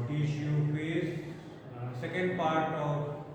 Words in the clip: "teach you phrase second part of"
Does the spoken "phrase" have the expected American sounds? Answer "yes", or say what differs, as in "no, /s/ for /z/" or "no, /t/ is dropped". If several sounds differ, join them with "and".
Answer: no, /ɹ/ is dropped